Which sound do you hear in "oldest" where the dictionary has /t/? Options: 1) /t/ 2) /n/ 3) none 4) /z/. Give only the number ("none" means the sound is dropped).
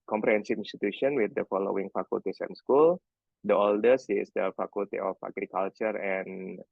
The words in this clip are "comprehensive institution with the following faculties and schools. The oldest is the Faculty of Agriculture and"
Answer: 3